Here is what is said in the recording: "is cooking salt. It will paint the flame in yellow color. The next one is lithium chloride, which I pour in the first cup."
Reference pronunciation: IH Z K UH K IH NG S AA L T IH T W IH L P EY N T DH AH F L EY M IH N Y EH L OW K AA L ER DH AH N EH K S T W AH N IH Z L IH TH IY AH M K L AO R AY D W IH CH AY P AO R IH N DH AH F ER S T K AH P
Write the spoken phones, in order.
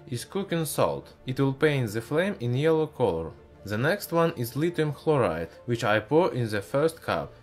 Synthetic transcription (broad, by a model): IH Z K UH K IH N S AA L T IH T W IH L P EY N T DH AH F L EY M IH N Y EH L OW K AA L ER DH AH N EH K S T W AH N IH Z L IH T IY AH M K L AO R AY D W IH CH AY P AO R IH N DH AH F ER S T K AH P